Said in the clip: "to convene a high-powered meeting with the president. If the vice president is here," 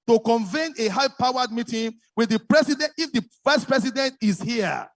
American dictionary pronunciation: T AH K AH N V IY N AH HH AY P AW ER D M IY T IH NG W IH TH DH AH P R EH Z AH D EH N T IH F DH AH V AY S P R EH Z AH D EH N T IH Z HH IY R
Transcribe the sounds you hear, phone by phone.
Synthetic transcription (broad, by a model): T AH K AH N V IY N AH HH AY P AW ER D M IY T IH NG W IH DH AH P R EH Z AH D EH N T IH F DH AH F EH S P R EH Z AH D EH N T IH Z HH IY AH